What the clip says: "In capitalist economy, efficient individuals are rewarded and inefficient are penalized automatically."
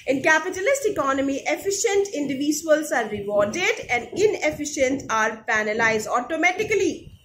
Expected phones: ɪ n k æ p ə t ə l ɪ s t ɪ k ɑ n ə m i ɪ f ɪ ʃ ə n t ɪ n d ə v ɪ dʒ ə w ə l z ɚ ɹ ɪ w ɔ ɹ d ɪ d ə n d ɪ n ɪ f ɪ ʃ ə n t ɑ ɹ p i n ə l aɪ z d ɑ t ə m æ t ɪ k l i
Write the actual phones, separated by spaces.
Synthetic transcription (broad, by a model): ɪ n k æ p ə t ə l ɪ s t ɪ k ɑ n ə m i ɪ f ɪ ʃ ə n t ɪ n d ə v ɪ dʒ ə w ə l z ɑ ɹ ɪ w ɔ ɹ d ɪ d ə n d ɪ n ɪ f ɪ ʃ ə n t ɑ ɹ p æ n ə l aɪ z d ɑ t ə m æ t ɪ k l i